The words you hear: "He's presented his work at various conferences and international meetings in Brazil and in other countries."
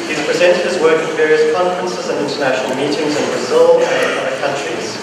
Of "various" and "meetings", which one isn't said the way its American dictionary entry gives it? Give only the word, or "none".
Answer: none